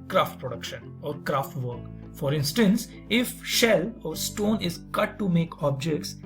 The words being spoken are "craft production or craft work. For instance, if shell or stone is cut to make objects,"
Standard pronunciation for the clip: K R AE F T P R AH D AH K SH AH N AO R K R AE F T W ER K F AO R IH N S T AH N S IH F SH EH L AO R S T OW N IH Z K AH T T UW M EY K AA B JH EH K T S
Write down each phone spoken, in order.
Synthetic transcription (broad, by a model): K R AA F T P R AH D AH K SH AH N AO R K R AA F T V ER K F AO R IH N S T AH N S IH F SH EH L AO R S T OW N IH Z K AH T T UW M EY K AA B JH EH K T S